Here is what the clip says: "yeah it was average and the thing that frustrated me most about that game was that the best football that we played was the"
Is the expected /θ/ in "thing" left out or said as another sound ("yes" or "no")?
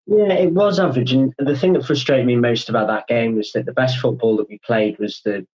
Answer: no